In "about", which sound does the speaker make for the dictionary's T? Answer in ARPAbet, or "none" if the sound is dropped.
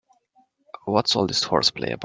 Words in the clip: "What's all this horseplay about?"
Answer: none